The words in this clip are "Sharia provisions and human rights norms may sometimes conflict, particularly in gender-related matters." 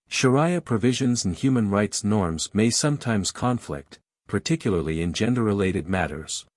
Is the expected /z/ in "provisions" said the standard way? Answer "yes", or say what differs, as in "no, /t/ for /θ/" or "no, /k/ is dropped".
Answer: yes